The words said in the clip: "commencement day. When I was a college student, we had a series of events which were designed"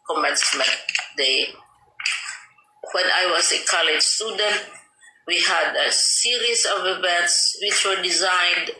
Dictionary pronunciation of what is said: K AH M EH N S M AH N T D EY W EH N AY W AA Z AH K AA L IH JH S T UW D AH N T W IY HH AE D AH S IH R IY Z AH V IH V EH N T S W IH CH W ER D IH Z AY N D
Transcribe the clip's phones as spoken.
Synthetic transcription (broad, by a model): K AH M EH N S M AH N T D EY W EH N AY W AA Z AH K AA L IH JH S T UW D AH N T W IY HH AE D AH S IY R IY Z AH V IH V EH T S W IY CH W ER D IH Z AY N D